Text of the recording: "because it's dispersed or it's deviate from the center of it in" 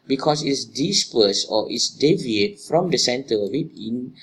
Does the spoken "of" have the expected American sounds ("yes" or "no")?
no